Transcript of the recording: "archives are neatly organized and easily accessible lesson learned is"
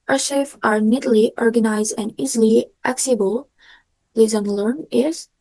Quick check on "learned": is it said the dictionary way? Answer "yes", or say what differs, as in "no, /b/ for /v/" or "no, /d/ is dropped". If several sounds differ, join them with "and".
no, /d/ is dropped